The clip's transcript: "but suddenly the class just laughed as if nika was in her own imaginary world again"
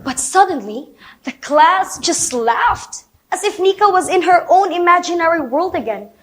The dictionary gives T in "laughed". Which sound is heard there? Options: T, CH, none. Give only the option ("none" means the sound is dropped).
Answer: T